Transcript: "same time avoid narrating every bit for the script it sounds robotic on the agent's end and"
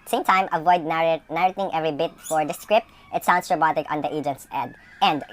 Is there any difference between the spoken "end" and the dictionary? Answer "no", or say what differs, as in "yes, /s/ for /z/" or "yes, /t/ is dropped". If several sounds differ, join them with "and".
yes, /n/ is dropped